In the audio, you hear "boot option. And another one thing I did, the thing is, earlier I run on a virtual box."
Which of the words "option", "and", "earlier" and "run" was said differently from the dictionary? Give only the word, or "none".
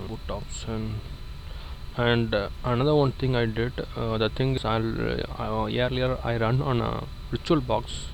option